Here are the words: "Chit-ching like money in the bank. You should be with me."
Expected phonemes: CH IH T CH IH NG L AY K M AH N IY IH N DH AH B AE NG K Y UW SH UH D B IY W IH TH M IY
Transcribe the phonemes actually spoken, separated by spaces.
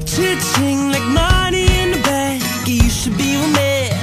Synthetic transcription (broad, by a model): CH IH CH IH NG L AY K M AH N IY IH N DH AH B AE K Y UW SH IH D B IY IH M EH